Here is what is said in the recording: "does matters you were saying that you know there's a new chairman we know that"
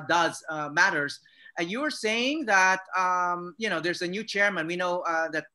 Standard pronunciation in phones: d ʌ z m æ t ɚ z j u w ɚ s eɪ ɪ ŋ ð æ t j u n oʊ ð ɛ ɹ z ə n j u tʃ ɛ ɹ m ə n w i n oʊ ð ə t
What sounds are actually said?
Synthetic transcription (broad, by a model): d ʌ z m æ t ɚ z j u w ɚ s eɪ ɪ ŋ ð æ t j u n oʊ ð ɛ ɹ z ə n j u tʃ ɛ ɹ m ə n w i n oʊ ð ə t